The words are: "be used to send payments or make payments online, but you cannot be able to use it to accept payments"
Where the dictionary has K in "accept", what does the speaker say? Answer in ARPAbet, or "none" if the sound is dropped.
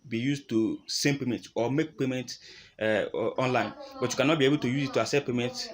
none